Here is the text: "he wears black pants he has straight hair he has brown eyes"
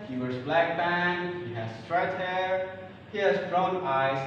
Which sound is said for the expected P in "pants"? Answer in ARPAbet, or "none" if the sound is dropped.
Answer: B